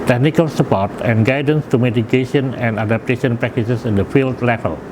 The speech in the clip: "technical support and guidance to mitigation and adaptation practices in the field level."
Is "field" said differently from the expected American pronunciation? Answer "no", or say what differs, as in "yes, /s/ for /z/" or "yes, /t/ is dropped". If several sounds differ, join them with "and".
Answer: no